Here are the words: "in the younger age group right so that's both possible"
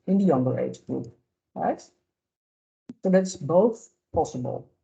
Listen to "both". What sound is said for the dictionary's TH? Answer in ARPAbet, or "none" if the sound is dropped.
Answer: TH